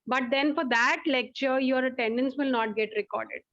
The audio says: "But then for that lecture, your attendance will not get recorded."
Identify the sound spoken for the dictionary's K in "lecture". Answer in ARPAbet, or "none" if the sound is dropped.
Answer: K